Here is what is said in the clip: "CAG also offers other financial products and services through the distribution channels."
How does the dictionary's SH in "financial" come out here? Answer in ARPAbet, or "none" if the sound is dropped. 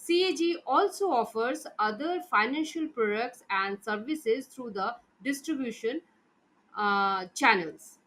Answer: SH